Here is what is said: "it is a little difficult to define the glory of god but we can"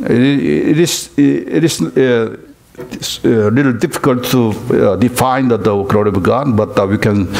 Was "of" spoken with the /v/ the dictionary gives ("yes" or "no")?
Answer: no